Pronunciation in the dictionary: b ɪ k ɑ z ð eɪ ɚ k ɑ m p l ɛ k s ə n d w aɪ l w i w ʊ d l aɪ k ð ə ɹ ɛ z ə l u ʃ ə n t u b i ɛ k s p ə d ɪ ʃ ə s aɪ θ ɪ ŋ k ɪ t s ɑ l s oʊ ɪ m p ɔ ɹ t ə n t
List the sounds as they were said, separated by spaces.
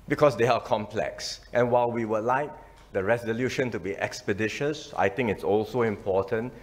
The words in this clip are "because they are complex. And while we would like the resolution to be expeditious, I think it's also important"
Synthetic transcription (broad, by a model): b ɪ k ɑ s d eɪ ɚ k ɑ m p l ɛ k s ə n w aɪ l w i w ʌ l aɪ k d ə ɹ ɛ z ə l u ʃ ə n t u b i ɛ k s p ə d ɪ ʃ ə s aɪ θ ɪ ŋ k ɪ t s ɑ l s oʊ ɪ m p ɔ t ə n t